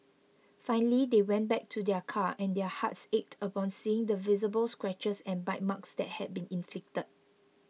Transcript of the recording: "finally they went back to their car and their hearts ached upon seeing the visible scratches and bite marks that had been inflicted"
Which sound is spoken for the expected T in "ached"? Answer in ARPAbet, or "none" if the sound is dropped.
T